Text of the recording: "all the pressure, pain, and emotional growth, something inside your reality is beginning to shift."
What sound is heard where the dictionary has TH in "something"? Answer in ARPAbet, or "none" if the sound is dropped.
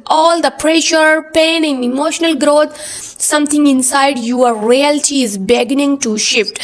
T